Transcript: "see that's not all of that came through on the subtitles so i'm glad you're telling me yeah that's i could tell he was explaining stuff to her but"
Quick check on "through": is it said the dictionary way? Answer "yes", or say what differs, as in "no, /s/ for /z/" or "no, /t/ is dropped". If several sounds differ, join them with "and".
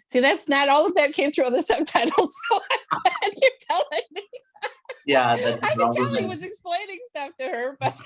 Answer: yes